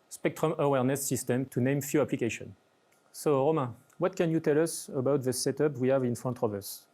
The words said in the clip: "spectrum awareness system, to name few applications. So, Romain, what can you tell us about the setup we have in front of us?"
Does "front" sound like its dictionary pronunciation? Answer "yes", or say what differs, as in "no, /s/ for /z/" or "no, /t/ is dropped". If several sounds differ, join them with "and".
no, /ɹ/ is dropped